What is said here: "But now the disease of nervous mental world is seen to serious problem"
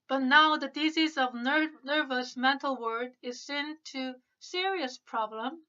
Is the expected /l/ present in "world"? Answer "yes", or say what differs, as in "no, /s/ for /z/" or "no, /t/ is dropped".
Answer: no, /l/ is dropped